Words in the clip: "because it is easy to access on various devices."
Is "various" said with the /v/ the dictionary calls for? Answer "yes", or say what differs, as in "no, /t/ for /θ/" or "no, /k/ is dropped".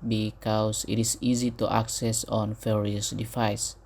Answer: no, /f/ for /v/